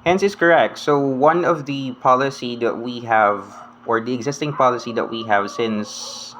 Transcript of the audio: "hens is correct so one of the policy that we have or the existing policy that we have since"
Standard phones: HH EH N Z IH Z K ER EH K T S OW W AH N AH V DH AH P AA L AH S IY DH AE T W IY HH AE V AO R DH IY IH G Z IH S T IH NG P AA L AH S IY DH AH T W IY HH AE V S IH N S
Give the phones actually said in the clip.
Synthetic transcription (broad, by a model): HH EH N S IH S K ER EH K T S OW W AH N AH V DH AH P AA L AH S IY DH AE T W IY HH AE V AO R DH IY IH G Z IH S T IH NG P AA L AH S IY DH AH T W IY HH AE V S IH N S